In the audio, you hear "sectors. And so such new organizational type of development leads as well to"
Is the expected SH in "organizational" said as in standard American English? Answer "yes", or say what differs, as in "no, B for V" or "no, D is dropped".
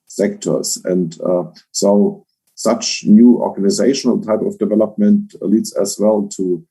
yes